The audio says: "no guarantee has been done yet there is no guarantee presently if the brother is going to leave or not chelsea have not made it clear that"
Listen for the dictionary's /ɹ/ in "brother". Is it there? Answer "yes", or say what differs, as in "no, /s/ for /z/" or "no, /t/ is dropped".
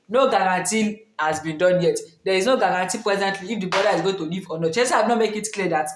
no, /ɹ/ is dropped